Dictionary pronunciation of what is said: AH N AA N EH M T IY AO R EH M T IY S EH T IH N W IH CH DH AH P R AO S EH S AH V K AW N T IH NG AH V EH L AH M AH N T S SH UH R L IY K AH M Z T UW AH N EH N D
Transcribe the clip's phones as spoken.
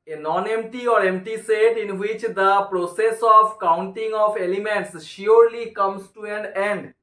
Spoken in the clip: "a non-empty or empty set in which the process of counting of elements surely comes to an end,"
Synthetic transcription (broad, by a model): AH N AA N EH M T IY AO R EH M T IY S EH T IH N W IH CH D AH P R AO S EH S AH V K AW N T IH NG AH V EH L AH M AH N T S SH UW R L IY K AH M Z T UW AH N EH N D